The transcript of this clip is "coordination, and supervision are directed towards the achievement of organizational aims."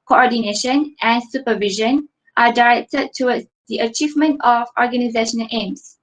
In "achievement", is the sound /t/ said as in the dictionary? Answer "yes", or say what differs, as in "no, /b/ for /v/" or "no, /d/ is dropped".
yes